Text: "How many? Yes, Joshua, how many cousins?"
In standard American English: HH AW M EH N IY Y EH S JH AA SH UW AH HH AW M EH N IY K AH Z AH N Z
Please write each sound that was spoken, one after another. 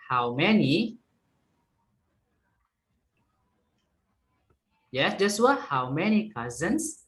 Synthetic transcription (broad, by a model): HH AW M EH N IY Y EH S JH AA S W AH HH AW M EH N IY K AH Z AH N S